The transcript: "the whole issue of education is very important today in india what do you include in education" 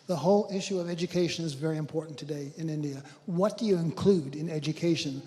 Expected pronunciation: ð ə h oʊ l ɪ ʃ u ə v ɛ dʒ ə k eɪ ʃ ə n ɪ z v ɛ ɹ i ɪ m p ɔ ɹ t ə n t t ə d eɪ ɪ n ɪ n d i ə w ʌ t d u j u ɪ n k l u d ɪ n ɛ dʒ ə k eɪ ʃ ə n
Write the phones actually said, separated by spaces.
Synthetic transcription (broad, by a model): ð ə h oʊ l ɪ ʃ u ə v ɛ dʒ ə k eɪ ʃ ə n ɪ z v ɛ ɹ i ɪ m p ɔ ɹ t n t t ə d eɪ ɪ n ɪ n d i ə w ʌ t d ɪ j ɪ ɪ n k l u d ɪ n ɛ dʒ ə k eɪ ʃ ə n